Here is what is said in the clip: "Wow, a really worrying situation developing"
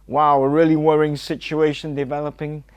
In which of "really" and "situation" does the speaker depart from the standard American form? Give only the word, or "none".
none